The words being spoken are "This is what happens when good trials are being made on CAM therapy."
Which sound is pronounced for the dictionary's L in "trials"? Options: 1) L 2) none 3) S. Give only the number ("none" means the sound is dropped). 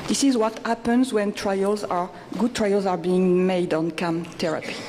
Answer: 1